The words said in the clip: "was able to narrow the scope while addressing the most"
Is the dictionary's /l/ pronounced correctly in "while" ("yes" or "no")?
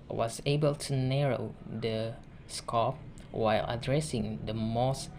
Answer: yes